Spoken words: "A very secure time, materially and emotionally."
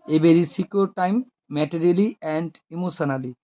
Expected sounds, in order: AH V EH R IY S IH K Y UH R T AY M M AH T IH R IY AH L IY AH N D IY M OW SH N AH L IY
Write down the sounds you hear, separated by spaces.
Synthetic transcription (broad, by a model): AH B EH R IY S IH K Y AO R T AY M M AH T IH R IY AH L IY AH N D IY M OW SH N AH L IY